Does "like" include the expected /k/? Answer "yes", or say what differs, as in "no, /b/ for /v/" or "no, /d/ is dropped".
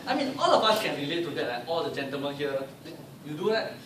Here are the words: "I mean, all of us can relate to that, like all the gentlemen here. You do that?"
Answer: no, /k/ is dropped